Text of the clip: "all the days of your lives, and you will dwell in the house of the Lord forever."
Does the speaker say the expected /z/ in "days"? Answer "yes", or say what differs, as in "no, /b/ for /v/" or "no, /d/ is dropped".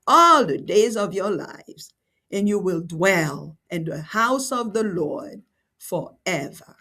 yes